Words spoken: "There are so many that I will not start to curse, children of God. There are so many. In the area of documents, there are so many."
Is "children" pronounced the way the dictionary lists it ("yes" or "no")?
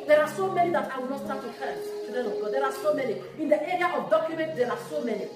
no